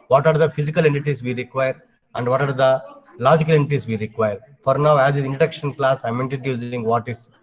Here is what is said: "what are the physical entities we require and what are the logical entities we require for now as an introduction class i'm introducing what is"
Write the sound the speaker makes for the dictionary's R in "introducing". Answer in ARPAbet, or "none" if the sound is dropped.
none